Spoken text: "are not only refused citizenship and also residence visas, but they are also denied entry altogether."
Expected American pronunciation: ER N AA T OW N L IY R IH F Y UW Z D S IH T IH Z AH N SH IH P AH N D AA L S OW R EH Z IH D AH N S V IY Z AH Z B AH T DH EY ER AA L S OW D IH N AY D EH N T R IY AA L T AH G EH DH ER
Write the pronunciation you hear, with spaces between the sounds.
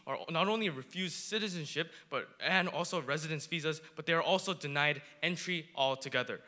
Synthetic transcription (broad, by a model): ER N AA T OW N L IY R IH F Y UW Z D S IH T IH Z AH N SH IH P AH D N AA L S OW R EH Z IH D AH N S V IY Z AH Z B AH T DH EY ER AA L S OW D IH N AY D EH N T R IY AA L T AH G EH DH ER